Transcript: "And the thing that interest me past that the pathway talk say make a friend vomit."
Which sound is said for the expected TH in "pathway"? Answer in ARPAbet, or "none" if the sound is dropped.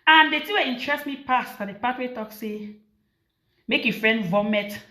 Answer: T